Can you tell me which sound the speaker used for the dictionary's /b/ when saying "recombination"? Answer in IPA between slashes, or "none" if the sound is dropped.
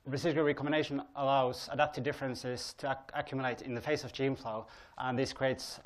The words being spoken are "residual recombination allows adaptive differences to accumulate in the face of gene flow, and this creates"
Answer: none